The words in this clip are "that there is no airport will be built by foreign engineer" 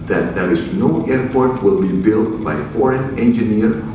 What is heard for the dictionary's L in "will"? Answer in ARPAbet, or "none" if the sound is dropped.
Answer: L